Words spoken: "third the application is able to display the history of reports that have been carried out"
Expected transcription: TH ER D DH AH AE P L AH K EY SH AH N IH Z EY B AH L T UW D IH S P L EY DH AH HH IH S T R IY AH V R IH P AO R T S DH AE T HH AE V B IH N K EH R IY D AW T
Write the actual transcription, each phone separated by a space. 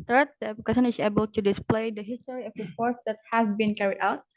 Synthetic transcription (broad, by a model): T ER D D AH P AH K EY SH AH N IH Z EY B AH L T UW D IH S P L EY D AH HH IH S T R IY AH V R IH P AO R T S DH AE T HH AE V B IH N K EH R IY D AW T